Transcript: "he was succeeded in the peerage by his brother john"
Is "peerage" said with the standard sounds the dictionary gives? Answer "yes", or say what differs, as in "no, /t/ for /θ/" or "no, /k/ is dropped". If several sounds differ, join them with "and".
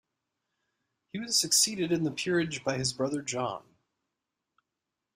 yes